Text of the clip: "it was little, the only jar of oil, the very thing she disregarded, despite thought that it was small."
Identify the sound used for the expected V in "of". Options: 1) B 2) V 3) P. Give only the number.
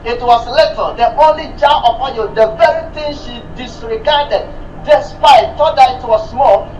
3